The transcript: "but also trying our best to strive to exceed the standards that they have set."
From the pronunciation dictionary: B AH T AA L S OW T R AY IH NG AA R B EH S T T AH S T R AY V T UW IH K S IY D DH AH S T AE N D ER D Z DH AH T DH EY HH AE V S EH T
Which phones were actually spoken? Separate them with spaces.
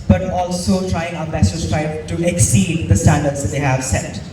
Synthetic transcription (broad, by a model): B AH T AA L S OW T R AY IH NG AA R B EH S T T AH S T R AY B T UW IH K S IY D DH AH S T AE N D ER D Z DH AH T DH EY HH AE V S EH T